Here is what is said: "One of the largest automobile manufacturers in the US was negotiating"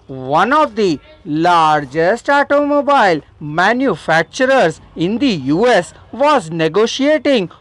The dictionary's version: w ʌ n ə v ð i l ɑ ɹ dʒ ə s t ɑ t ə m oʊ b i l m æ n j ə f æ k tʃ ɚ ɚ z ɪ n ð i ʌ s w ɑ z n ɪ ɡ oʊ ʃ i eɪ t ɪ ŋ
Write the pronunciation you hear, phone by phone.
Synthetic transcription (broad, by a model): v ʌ n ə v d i l ɑ ɹ dʒ ə s t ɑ t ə m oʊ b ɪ l m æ n j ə f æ k tʃ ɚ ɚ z ɪ n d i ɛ s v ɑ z n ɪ ɡ oʊ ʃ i eɪ t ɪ ŋ